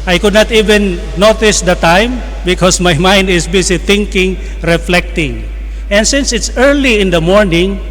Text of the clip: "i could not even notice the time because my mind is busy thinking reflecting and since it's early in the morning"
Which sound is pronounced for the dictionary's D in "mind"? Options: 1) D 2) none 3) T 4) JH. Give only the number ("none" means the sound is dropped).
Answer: 1